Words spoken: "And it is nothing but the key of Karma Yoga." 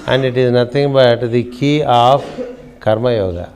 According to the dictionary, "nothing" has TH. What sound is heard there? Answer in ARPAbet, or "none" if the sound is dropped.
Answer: T